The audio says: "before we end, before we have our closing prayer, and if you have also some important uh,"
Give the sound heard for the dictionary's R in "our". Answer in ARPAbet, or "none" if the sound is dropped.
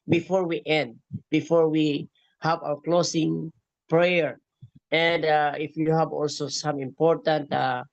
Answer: W